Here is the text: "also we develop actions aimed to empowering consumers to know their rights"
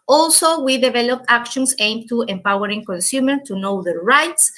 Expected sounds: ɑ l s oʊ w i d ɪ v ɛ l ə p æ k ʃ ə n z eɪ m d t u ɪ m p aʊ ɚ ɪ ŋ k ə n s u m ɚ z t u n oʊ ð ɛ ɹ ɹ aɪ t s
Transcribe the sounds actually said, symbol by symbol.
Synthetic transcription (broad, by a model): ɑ l s oʊ w i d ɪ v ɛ l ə p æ k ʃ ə n s eɪ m t u ɪ m p aʊ ɚ ɪ ŋ k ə n s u m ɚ t u n oʊ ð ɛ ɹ ɹ aɪ t s